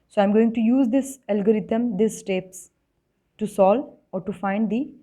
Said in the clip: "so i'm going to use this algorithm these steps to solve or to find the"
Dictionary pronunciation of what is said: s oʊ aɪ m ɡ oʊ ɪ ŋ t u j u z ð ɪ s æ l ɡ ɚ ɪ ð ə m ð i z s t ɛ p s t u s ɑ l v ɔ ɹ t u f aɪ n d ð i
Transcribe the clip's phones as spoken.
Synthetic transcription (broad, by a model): s oʊ aɪ m ɡ oʊ ɪ ŋ t u j u z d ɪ s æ l ɡ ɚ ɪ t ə m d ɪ s t ɛ p s t u s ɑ l ɔ ɹ t u f aɪ n d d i